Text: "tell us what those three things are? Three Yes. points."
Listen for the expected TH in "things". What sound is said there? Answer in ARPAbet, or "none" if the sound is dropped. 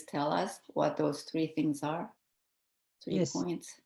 TH